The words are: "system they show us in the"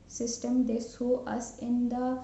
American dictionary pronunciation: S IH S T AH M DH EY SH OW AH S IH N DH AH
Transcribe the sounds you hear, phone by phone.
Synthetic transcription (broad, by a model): S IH S T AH M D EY S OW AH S IH N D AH